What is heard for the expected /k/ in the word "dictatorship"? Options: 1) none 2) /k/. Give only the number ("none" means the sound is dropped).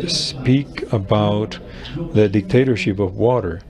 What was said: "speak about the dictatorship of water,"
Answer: 2